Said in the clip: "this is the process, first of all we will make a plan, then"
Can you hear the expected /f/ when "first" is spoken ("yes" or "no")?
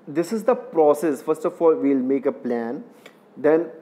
yes